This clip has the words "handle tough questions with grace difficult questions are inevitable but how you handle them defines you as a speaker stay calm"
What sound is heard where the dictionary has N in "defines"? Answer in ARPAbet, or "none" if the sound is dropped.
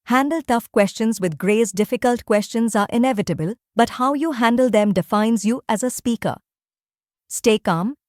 N